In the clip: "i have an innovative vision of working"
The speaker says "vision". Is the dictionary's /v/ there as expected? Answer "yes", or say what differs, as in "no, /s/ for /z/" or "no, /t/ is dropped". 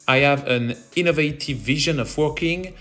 yes